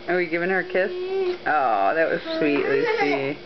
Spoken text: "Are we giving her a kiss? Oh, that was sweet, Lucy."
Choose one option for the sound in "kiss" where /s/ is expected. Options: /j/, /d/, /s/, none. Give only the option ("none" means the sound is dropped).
/s/